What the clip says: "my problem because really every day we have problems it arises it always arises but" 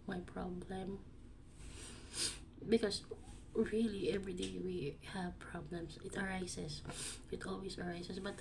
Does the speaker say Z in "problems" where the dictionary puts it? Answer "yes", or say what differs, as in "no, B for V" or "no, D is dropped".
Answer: no, S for Z